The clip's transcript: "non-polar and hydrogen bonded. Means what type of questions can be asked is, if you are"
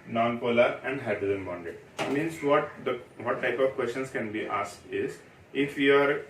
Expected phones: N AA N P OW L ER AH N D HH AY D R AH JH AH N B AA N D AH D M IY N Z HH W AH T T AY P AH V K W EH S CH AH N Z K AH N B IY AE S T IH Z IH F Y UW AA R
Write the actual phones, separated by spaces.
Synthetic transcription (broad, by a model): N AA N P OW L ER AH N D HH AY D AH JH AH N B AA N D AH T M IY N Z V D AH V T AY P AH V K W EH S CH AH N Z K AH N B IY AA S T IH Z IH F Y UW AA R